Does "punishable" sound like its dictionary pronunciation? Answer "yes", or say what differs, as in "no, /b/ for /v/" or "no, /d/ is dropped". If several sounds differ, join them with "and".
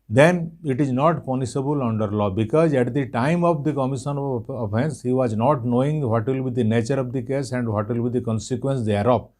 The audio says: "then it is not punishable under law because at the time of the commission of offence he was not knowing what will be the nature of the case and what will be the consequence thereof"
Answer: no, /s/ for /ʃ/